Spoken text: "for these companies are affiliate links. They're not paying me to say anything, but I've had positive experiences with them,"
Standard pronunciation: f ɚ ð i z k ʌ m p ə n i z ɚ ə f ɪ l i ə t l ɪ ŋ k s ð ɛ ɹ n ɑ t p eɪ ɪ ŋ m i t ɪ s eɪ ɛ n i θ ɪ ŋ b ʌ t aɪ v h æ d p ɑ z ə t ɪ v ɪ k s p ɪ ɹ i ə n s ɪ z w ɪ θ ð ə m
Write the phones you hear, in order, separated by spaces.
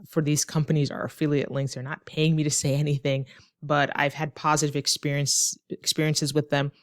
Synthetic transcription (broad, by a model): f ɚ ð i z k ʌ m p ə n i z ɚ ə f ɪ l i ə t l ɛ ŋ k θ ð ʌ ɹ n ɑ t p eɪ ɪ ŋ m i t ɪ s eɪ ɛ n i θ ɪ ŋ b ʌ t aɪ v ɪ d p ɑ z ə t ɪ v ɪ k s p ɪ ɹ i ə n s ɪ z w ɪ ð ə m